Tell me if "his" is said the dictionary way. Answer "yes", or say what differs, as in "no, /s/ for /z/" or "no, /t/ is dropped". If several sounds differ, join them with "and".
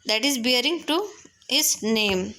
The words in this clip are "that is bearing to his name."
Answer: no, /s/ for /z/